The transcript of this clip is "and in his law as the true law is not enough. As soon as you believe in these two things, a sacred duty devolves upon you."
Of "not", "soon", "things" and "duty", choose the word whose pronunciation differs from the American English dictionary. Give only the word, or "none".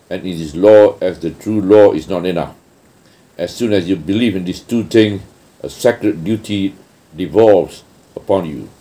things